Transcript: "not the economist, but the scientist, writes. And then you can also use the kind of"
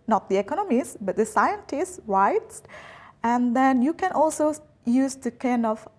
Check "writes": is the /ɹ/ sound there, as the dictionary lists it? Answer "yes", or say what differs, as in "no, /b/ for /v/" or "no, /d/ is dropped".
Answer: no, /w/ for /ɹ/